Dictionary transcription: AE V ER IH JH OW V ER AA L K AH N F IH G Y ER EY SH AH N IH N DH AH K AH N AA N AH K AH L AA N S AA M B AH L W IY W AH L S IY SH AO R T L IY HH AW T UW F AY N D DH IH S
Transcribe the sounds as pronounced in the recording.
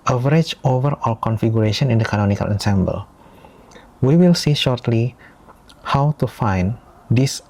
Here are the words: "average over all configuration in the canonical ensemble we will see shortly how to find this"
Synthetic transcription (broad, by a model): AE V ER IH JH OW V ER AA L K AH N F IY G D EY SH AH N IH N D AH K AH N AA N AH K AH L AA N S AA M B AH L W IY W AH L S IY SH AO R T L IY HH AW T UW F AY N D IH S